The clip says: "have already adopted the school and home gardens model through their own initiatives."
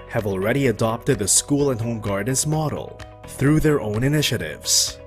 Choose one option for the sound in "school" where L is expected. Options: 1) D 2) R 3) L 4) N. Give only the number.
3